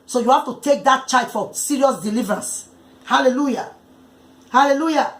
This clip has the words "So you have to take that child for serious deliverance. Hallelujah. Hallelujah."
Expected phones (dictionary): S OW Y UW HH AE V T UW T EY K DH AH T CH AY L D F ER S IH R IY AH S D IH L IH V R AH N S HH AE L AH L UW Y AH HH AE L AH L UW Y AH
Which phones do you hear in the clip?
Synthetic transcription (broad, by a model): S OW Y UW HH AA F T UW T EY K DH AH T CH AY D F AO S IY R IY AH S D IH L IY V R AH N S HH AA L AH L UW Y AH HH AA L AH L UW Y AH